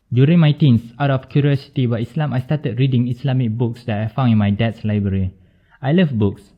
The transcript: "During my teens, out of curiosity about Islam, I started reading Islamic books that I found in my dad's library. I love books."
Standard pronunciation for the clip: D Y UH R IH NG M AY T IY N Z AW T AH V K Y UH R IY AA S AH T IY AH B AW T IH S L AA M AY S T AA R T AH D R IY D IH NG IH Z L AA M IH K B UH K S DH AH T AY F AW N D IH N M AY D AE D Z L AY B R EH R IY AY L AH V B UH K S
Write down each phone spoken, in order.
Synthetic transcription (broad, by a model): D Y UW R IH NG M AY T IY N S AW T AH F K Y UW R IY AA S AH T IY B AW IH S L AA M AY S T AA T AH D R IY D IH NG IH S L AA M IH K B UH K S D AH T AY F AW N IH N M AY D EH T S L AY B R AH R IY AY L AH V B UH K S